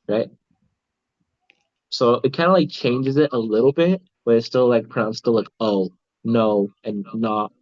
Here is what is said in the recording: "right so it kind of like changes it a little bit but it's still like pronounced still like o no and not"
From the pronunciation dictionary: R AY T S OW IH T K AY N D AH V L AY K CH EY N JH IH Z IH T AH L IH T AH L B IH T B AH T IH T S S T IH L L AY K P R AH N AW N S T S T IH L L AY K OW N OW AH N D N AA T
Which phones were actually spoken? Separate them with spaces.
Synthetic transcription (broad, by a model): R AY T S OW IH T K AY N D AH L AY K CH EY N JH IH Z IH T AH L IH T L B IH T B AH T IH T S S T IH L L AY K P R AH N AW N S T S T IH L L AY K OW N OW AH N N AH T